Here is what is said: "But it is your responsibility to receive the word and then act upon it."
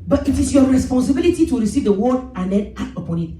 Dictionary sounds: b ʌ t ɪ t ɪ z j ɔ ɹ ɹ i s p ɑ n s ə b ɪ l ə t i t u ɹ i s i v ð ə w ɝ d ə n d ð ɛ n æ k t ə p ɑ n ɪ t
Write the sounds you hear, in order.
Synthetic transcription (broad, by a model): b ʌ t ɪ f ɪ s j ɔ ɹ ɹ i s p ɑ n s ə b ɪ l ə t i t u ɹ i s i v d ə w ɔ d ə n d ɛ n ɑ t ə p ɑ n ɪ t